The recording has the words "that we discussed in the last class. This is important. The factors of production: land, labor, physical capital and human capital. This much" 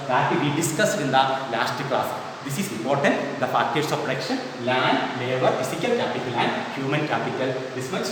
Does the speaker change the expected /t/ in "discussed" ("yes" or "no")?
yes